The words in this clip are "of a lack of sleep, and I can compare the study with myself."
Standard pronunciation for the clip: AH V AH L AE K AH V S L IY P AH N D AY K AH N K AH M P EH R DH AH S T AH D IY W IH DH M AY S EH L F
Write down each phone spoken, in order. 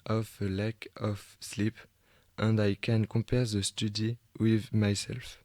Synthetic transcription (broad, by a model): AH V AH L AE K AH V S L IY P AH N D AY K AH N K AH P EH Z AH S T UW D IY W IH DH M AY S EH L F